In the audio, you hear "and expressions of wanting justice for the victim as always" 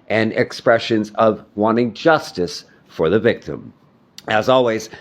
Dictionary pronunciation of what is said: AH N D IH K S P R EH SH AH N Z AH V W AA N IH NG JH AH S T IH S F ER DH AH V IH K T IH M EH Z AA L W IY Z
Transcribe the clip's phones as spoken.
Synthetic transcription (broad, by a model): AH N IH K S P R EH SH AH N Z AH V W AA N IH NG JH AH S T IH S F ER DH AH V IH K T IH M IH Z AA L W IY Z